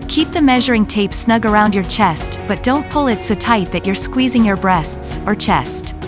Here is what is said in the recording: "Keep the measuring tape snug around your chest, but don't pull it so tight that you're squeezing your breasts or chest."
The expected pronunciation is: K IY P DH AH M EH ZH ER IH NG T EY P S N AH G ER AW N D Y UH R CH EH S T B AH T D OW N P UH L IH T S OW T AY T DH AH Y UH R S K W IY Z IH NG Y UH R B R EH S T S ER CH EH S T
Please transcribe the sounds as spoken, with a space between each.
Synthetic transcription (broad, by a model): K IY P DH AH M EH ZH ER IH NG T EY P S N AH G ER AW N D Y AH R CH EH S T B AH T D OW N P UH L IH T S OW T AY T DH AH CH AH R S K W IY Z IH NG Y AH R B R EH S T S ER CH EH S T